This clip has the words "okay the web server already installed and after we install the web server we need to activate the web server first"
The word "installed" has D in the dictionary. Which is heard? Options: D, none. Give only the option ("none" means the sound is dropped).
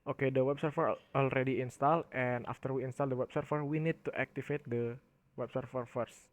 none